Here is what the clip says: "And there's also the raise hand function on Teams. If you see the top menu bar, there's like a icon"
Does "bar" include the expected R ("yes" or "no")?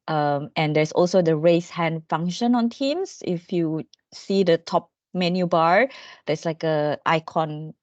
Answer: yes